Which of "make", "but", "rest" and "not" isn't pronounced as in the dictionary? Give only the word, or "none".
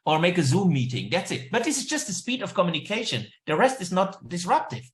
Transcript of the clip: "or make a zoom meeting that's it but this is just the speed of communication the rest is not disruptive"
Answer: none